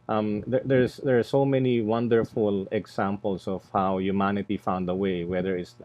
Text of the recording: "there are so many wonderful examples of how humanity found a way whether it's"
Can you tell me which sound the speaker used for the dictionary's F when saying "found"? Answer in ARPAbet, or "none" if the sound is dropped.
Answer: F